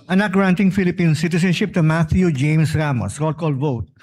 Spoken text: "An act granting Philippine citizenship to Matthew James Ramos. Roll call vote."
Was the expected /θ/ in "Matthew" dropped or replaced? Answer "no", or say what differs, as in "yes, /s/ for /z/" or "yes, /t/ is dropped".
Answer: yes, /t/ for /θ/